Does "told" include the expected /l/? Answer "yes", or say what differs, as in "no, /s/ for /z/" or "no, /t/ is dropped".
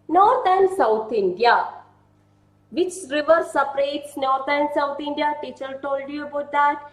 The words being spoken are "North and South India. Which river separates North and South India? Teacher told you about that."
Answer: yes